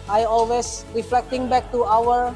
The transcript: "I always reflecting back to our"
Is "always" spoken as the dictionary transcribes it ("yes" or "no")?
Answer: no